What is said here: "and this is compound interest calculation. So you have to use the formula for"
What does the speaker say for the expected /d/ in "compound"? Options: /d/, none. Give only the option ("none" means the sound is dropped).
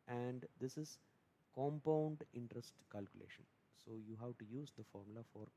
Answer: /d/